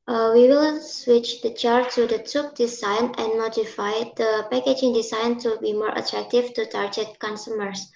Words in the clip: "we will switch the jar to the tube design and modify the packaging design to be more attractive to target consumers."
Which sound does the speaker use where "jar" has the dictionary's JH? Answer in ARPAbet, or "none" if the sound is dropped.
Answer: CH